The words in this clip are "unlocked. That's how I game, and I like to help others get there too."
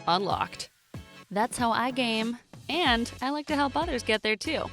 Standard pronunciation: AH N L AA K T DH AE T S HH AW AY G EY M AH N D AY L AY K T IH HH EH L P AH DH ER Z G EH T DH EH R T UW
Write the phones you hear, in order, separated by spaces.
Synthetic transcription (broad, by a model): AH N L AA K T DH AE T S HH AW AY G EY M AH N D AY L AY K T IH HH EH L P AH DH ER Z G EH T DH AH R T UW